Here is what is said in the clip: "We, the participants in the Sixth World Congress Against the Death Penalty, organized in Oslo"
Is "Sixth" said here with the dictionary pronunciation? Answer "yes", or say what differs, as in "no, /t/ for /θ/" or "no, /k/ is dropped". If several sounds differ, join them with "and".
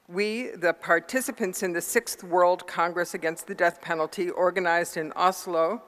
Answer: yes